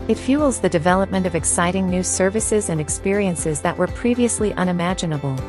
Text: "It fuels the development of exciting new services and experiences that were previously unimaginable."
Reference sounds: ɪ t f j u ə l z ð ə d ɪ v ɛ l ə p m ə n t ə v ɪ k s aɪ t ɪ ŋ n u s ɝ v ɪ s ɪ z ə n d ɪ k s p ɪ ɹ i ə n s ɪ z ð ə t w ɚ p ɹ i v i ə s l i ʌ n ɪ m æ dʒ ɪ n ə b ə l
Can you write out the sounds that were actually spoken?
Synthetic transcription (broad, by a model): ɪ t f j u l z ð ə d ɪ v ɛ l ə p m ə n t ə v ɪ k s aɪ t ɪ ŋ n u s ɝ v ɪ s ɪ z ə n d ɪ k s p ɪ ɹ i ə n s ɪ z ð ə t w ɚ p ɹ i v i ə s l i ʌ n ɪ m æ dʒ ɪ n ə b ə l